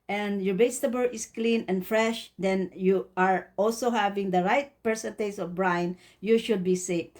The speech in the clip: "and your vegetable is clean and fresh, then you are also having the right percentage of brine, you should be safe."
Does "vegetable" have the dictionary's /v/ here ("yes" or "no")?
no